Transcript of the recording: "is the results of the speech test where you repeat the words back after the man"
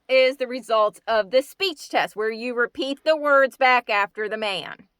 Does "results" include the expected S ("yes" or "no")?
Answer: no